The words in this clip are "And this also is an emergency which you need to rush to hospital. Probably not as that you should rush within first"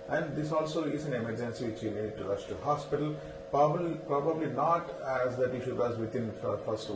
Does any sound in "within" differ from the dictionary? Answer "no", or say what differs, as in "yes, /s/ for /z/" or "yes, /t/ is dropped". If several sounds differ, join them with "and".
yes, /t/ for /θ/